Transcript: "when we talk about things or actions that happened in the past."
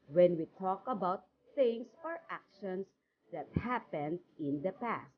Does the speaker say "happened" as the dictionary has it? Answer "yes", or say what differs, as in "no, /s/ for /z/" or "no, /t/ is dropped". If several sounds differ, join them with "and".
yes